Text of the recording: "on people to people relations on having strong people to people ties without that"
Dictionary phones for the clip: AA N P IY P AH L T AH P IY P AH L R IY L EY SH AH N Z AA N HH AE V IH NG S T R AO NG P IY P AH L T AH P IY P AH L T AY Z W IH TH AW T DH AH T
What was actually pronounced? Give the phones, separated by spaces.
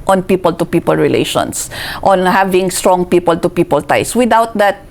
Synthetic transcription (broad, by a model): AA N P IY P AH L T AH P IY P AH L R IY L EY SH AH N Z AA N HH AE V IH NG S T R AO NG P IY P AH L T AH P IY P AH L T AY S W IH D AW T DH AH T